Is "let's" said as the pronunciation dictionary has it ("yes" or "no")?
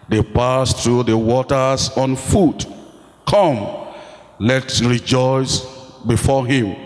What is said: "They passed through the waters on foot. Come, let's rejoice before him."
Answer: no